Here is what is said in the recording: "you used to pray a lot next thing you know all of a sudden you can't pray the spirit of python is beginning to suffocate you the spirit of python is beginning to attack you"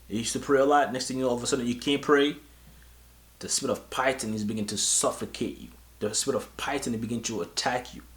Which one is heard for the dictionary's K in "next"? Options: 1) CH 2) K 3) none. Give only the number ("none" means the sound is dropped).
2